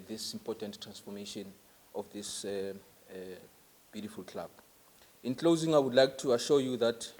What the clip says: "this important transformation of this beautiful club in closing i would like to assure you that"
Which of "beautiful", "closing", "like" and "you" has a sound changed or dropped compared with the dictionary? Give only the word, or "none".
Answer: none